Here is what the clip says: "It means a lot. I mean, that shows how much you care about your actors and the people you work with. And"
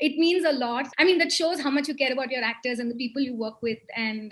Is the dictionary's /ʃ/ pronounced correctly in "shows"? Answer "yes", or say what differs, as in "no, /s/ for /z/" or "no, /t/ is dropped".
yes